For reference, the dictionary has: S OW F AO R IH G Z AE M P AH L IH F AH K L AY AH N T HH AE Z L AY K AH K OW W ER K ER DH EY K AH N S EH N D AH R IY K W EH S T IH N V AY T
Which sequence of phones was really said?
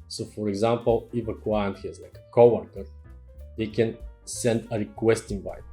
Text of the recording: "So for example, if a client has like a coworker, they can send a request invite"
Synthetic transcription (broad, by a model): S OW F AO R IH G Z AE M P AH L IH F AH K W AY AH N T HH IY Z L AY K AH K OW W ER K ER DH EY K AH N S EH N D AH R IY K W EH S T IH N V AY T